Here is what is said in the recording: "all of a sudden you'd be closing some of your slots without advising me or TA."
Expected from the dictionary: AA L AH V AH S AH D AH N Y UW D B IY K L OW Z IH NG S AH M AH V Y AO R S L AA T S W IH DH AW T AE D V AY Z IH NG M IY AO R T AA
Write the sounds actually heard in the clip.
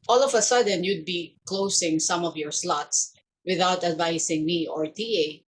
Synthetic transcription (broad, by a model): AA L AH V AH S AH D AH N Y UW D B IY K L OW S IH NG S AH M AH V Y AO R S L AA T S W IH DH AW T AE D V AY S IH NG M IY AO R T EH